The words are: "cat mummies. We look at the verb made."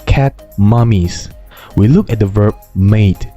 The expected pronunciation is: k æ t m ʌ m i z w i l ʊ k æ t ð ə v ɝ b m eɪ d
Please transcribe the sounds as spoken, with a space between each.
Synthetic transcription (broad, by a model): k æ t m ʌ m i s w i l ʊ k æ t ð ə v ɝ b m eɪ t